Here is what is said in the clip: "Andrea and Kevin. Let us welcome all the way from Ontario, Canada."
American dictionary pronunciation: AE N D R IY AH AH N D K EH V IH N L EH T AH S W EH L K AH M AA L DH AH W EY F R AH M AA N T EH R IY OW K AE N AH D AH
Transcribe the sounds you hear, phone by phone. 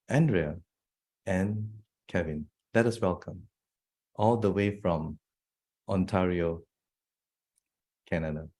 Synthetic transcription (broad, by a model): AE N D R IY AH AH N K EH V IH N L EH T AH S W EH L K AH M AA L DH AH W EY F R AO M AA N T EH R IY OW K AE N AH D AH